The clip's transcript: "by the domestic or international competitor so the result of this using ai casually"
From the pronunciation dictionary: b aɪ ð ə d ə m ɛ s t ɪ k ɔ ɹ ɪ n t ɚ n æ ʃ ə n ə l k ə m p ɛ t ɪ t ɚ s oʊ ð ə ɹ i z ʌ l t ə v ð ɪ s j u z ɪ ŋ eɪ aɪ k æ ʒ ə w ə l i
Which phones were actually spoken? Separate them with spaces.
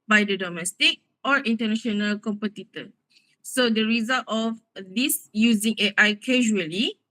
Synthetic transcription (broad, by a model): b aɪ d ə d ə m ɛ s t ɪ k ɔ ɹ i n t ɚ n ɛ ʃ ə n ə l k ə m p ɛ t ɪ t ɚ s oʊ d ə ɹ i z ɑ l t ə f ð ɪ s j u z ɪ ŋ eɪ aɪ k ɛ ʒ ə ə l i